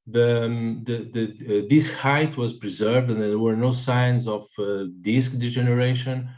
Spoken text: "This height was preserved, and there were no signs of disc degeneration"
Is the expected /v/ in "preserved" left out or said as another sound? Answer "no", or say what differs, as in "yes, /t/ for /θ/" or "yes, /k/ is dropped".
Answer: no